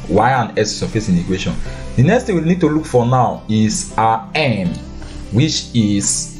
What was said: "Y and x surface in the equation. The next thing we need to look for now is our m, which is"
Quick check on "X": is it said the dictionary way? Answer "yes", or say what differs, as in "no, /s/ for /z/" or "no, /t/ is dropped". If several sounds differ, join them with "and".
no, /k/ is dropped